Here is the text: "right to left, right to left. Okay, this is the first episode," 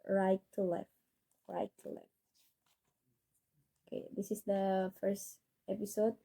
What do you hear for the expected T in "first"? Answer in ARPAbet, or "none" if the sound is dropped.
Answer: T